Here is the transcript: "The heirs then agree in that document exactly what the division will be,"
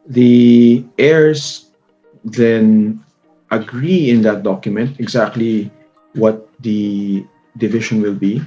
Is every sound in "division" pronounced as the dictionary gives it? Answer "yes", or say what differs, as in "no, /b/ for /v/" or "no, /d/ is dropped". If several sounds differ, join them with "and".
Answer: no, /ʃ/ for /ʒ/